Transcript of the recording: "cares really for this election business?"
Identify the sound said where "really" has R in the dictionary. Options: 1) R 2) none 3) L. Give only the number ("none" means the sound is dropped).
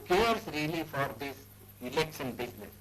1